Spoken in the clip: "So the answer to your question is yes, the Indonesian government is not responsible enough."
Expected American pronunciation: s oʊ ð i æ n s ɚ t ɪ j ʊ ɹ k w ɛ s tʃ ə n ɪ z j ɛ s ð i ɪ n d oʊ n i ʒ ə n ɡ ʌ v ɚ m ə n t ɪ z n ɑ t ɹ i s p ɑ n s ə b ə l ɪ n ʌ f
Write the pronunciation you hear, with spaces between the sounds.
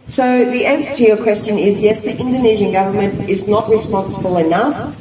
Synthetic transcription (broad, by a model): s oʊ ð i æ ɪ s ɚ t ɪ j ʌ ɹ k w ɛ s tʃ ə n ɪ z j ɛ s ð i ɪ n d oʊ n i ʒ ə n ɡ ʌ v ɚ m ə n t ɪ z n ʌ t ɹ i s p ɑ n s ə b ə l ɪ n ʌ f